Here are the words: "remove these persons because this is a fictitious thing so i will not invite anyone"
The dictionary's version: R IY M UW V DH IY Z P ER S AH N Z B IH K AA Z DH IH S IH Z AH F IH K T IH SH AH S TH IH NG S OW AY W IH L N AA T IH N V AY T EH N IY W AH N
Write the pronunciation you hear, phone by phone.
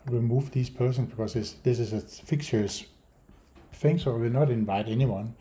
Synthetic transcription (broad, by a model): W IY M UW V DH IY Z P ER S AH N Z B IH K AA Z DH IH S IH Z AH F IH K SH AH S F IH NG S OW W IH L N AA T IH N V AY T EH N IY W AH N